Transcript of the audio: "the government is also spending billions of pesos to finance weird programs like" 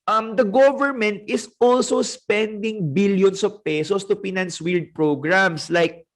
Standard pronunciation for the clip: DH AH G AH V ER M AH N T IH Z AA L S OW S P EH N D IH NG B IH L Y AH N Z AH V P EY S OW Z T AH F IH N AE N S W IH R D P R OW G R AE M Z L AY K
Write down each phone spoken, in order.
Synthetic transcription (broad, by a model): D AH G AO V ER M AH N T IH S AA L S OW S P EH N D IH NG B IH L Y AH N S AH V P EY S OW S T AH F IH N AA N S W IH L D P R OW G R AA M S L AY K